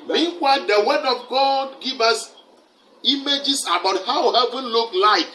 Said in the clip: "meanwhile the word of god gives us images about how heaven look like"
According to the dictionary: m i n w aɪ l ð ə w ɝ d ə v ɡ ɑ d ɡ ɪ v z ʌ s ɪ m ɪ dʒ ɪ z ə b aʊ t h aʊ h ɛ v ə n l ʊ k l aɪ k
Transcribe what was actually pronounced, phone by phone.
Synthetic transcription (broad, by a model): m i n w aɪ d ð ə w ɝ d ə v ɡ ɑ d ɡ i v ʌ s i m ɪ dʒ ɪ s ə b aʊ t h aʊ h ɛ v ə n l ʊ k l aɪ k